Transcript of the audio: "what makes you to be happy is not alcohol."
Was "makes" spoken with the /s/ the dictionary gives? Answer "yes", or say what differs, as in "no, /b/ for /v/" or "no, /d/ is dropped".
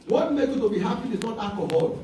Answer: no, /s/ is dropped